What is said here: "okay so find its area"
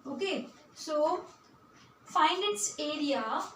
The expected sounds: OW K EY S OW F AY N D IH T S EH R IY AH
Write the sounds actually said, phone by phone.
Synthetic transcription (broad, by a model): OW K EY S OW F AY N IH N S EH R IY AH